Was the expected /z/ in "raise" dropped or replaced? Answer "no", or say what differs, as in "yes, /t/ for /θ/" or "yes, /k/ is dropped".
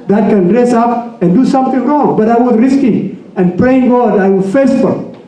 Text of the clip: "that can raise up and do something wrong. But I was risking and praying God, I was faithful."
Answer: yes, /s/ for /z/